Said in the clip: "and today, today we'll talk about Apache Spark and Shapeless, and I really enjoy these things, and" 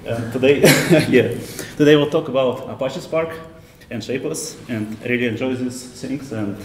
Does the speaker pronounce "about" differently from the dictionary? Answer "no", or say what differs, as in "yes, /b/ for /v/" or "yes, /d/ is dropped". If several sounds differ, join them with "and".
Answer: no